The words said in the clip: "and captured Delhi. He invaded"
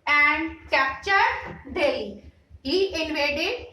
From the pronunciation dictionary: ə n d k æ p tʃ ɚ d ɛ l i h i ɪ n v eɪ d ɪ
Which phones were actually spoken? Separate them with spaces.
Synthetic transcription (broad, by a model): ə n d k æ p tʃ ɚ d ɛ i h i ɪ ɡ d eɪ d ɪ